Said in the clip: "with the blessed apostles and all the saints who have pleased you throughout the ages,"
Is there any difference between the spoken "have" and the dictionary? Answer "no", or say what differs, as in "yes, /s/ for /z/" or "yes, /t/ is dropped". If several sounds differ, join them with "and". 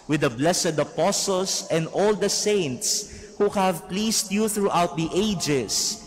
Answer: no